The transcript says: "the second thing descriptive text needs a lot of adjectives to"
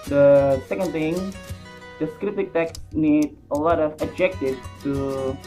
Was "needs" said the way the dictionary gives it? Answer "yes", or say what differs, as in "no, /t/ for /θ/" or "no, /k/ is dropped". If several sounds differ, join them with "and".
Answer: no, /z/ is dropped